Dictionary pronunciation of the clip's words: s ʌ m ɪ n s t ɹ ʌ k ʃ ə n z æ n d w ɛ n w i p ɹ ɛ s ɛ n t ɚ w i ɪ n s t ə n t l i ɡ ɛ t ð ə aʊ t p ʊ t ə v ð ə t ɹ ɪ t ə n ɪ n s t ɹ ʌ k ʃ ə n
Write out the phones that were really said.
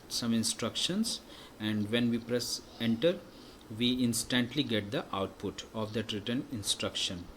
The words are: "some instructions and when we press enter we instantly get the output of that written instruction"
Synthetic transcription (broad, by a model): s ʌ m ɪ n s t ɹ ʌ k ʃ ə n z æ n d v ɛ n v i p ɹ ɛ s ɛ n t ɚ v i ɪ n s t ə n t l i ɡ ɛ t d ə aʊ t p ʊ t ə v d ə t ɹ ɪ t ə n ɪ n s t ɹ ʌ k ʃ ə n